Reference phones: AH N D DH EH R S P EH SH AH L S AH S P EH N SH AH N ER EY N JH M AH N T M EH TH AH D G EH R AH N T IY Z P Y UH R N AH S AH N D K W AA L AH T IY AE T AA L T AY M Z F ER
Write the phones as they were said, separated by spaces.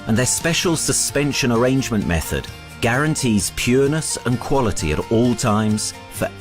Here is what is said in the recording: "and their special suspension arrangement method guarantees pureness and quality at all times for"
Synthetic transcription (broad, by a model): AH N DH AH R S P EH SH AH L S AH S P EH N SH AH N ER EY N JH M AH N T M EH TH AH D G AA R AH N T IY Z P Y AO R N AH S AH N K W AA L AH T IY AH T AA L T AY M Z F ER